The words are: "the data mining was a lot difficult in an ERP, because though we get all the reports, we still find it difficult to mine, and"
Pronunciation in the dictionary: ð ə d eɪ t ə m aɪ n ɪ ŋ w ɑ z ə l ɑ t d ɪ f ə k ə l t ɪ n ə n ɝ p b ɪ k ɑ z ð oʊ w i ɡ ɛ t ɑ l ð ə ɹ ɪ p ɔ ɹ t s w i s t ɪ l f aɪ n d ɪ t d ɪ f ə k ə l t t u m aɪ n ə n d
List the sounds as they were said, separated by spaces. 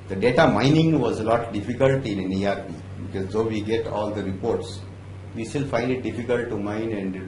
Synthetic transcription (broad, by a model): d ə d eɪ t ə m aɪ n ɪ ŋ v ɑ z ə l ɑ t d ɪ f ə k ə l t ɪ n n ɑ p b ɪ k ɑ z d oʊ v i ɡ ɛ t ɑ l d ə ɹ ɪ p ɔ ɹ t s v i s t ɪ l f aɪ n d ɪ t d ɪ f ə k ə l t t u m aɪ n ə n d